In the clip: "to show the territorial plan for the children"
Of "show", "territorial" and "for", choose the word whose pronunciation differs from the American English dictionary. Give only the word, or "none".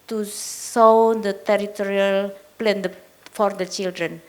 show